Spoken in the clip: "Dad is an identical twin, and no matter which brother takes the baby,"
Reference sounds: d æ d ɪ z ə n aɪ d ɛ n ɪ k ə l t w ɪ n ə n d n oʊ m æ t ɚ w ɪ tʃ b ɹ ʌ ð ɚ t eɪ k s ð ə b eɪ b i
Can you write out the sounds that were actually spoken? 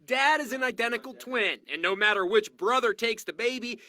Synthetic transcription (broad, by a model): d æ d ɪ z ə n aɪ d ɛ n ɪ k l t w ɪ n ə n n oʊ m æ t ɚ w ɪ tʃ b ɹ ʌ ð ɚ t eɪ k s ð ə b eɪ b i